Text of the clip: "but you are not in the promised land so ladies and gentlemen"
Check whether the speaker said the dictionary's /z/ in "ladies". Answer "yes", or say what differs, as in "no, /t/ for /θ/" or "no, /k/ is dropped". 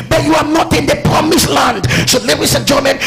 no, /s/ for /z/